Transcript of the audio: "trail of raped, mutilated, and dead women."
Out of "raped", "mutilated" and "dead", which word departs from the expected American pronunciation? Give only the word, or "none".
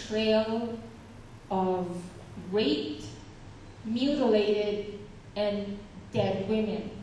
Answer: raped